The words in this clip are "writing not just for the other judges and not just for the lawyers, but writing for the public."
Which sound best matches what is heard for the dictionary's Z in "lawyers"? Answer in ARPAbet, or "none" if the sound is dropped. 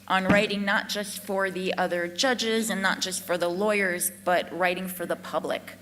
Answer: Z